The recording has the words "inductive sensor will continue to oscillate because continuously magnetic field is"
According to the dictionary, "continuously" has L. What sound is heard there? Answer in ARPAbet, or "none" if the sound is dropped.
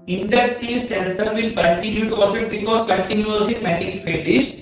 none